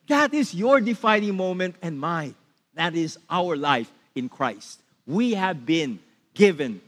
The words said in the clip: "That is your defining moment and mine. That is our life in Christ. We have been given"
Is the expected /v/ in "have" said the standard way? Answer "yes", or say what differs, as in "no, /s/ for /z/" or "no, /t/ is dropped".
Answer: yes